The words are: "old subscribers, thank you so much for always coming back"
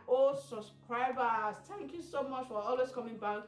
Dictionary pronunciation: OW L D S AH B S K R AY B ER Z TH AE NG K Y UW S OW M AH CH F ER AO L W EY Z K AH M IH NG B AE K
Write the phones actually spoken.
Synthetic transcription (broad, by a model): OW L S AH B S K R AY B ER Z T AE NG K Y UW S OW M AH CH F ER AO L W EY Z K AH M IH NG B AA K